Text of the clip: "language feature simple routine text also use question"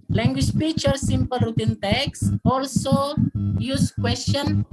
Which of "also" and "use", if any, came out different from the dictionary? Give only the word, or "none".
none